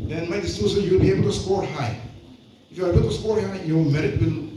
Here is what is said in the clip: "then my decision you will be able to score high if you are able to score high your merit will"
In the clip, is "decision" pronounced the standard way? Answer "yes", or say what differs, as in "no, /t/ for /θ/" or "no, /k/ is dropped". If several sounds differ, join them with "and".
no, /s/ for /ʒ/